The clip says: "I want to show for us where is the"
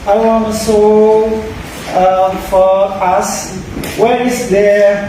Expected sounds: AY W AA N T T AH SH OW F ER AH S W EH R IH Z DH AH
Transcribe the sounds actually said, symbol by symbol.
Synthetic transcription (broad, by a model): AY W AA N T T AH S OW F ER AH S W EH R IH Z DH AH